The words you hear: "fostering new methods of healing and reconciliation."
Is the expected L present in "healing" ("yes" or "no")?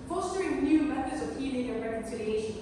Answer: no